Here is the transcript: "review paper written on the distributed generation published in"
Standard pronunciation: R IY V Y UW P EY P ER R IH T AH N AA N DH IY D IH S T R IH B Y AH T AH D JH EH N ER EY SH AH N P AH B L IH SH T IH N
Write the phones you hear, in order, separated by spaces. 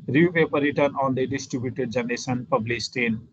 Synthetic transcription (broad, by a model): R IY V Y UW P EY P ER R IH T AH N AA N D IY D IH S T R IH B Y AH T AH D JH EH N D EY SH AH N P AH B L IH S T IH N